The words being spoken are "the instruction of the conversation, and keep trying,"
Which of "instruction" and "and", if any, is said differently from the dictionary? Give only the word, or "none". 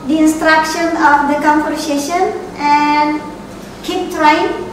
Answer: none